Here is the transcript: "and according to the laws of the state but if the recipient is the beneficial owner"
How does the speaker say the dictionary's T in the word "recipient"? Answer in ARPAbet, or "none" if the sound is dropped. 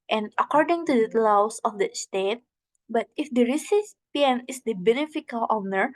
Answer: none